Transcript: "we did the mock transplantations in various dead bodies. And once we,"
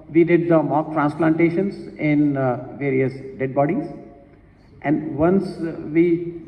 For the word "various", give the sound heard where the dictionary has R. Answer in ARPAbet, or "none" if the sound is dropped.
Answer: R